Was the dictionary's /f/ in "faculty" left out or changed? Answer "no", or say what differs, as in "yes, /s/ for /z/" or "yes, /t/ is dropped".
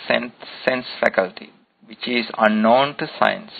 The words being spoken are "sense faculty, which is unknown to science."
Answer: no